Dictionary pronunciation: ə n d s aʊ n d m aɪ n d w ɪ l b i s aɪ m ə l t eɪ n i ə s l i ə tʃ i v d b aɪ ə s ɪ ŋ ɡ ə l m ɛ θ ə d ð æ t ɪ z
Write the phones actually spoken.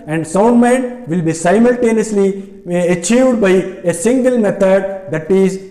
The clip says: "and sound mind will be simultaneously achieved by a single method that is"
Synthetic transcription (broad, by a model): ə n d s aʊ n d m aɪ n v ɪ l b i s aɪ m ə l t eɪ n i ə s l i ə tʃ i v d b aɪ ə s ɪ ŋ ɡ ə l m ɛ t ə d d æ t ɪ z